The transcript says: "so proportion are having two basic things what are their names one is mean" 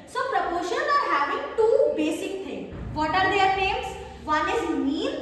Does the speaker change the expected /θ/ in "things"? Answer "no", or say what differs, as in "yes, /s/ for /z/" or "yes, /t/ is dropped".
yes, /t/ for /θ/